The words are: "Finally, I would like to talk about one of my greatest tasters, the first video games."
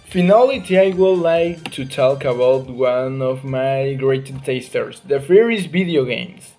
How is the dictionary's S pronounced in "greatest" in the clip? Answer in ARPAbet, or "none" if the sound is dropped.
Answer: none